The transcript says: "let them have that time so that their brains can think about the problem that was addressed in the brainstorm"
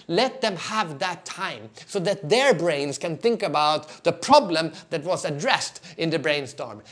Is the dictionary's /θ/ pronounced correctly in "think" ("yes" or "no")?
yes